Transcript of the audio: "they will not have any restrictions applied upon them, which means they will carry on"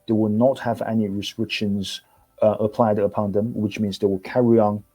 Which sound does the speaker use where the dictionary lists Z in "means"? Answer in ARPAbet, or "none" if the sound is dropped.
Z